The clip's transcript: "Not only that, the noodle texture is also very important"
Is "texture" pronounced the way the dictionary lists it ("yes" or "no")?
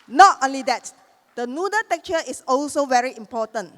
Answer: no